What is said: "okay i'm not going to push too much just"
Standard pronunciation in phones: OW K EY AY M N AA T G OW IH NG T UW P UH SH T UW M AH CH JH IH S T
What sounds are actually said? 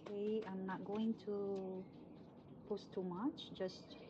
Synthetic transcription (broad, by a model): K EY AY M N AA T G OW IH NG T UW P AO S T UW M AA CH JH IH S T